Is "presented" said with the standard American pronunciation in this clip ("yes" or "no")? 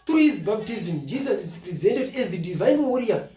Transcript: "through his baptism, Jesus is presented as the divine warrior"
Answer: yes